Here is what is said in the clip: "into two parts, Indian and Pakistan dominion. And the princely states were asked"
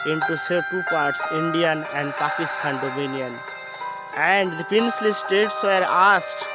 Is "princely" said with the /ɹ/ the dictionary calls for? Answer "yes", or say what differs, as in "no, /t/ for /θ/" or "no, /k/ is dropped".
no, /ɹ/ is dropped